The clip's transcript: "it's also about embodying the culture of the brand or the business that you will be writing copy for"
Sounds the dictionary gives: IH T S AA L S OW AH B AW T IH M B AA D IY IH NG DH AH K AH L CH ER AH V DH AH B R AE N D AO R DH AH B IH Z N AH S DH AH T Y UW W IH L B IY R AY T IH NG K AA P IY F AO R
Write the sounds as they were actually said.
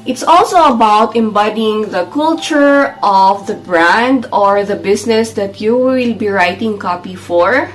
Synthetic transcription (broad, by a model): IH T S AA L S OW AH B AW T IH M B AA D IY IH NG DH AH K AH L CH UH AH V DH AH B R AE N D AO R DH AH B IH S N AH S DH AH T Y UW W IH L B IY R AY T IH NG K AA P IY F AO R